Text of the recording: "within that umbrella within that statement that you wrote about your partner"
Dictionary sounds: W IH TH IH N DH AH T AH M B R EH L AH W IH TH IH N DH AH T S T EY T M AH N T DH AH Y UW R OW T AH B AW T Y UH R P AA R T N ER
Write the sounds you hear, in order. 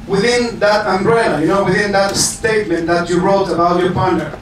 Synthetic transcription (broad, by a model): W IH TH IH N DH AH T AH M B R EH N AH W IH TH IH N DH AH T S T EY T M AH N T DH AH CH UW R OW T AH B AW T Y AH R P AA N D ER